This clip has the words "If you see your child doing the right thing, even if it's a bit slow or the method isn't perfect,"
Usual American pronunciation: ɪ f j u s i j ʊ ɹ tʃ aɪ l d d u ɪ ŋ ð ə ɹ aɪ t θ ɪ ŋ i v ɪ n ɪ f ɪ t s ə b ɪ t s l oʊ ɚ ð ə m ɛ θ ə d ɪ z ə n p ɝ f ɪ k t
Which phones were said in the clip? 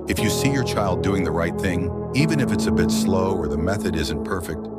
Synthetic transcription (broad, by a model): ɪ f j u s i j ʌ ɹ tʃ aɪ l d d u ɪ ŋ ð ə ɹ aɪ t θ ɪ ŋ i v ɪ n ɪ f ɪ t s ə b ɪ t s l oʊ ɚ ð ə m ɛ θ ə d ɪ z ə n p ɝ f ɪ k t